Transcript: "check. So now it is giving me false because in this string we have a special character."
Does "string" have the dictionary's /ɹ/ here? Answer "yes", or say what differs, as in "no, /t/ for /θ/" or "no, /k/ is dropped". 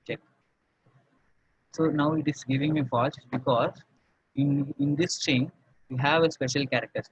no, /ɹ/ is dropped